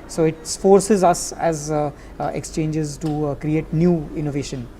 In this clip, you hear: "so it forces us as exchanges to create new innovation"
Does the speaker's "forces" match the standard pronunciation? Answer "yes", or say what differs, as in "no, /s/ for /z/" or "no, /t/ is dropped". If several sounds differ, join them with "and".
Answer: yes